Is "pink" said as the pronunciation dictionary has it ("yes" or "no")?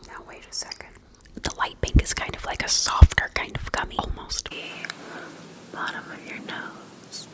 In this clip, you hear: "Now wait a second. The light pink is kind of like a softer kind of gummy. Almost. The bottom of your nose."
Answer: no